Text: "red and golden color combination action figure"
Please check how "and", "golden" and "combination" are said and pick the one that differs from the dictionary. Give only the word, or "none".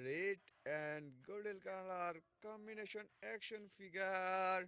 golden